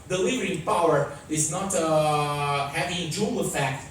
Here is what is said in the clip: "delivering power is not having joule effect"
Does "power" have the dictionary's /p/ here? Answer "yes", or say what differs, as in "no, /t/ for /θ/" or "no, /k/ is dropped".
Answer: yes